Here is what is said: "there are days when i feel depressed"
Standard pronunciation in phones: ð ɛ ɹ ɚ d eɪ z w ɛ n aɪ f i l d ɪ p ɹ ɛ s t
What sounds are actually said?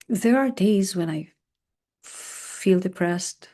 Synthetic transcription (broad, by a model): ð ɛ ɹ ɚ d eɪ z w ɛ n aɪ f i l d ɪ p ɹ ɛ s t